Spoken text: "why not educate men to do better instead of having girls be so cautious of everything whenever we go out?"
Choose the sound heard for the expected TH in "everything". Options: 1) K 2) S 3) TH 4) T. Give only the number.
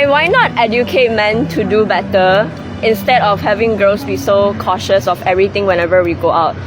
4